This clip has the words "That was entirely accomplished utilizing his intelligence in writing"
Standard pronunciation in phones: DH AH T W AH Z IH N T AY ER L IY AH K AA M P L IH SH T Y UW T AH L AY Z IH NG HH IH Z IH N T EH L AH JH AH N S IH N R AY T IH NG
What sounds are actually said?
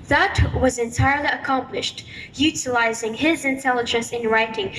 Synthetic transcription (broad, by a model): DH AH T W AH Z IH N T AY ER L IY AH K AA M P L IH SH T Y UW T AH L AY Z IH NG IH Z IH N T EH L AH JH AH N S IH N R AY T IH NG